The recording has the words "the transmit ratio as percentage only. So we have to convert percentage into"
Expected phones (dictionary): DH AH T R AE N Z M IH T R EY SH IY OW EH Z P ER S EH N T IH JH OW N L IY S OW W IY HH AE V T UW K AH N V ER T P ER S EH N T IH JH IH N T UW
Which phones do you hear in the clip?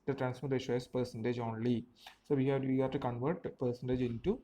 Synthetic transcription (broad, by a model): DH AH T R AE N S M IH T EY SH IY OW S P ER S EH N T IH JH OW N L IY S OW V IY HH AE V T UW K AH N V ER T P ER S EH N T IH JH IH N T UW